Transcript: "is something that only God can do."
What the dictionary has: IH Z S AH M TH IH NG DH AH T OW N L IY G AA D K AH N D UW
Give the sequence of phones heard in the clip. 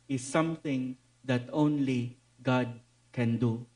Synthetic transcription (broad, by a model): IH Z S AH M T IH NG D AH T OW N L IY G AA D K AH N D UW